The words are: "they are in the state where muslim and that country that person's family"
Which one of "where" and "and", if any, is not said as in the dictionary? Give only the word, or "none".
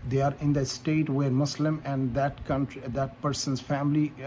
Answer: none